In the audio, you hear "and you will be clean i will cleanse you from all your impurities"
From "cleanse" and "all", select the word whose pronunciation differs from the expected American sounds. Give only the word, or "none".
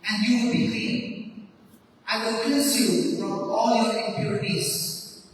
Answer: cleanse